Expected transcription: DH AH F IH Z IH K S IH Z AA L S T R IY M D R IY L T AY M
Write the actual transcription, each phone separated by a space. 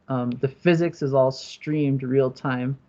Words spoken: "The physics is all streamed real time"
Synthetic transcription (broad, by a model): DH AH F IH Z IH K S IH Z AA L S T R IY M D R IY L T AY M